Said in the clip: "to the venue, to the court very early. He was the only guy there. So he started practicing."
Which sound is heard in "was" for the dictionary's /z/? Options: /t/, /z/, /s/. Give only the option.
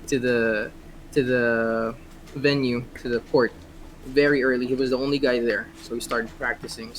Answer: /z/